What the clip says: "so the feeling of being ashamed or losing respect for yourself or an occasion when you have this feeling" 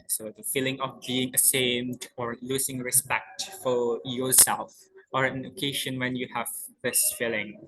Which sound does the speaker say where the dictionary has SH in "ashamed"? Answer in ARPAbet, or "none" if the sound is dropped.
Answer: S